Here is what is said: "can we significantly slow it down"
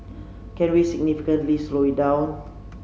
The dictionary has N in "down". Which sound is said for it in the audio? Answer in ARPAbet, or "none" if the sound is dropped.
none